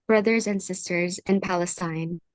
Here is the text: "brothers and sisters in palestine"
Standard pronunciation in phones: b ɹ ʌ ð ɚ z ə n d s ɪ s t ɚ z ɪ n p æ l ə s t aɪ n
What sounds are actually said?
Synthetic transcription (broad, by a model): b ɹ ʌ ð ɚ z ə n d s ɪ s t ɚ z ɪ n p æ l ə s t aɪ n